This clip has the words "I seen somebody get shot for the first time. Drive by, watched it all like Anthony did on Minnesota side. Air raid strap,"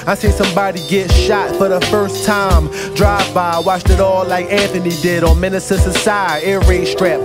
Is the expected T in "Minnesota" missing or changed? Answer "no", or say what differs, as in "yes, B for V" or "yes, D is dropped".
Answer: yes, S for T